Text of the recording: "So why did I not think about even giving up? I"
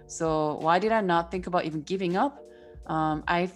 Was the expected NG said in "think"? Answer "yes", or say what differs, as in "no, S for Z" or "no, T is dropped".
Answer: yes